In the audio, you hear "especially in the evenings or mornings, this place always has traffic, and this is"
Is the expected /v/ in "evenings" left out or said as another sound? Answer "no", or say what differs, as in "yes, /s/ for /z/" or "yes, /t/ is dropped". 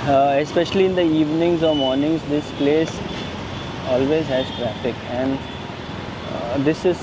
no